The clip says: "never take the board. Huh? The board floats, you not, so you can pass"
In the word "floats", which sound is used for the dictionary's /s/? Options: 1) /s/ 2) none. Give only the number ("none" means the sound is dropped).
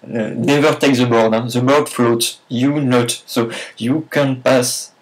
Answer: 2